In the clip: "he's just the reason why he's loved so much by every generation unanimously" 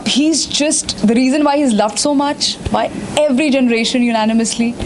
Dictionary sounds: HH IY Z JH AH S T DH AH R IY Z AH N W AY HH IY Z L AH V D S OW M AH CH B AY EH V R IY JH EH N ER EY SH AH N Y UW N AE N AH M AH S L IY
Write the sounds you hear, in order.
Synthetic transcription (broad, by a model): HH IY Z JH AH S T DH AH R IY Z AH N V AY HH IY Z L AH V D S OW M AH CH B AY EH V R IY JH EH N ER EY SH AH N Y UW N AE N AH M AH S L IY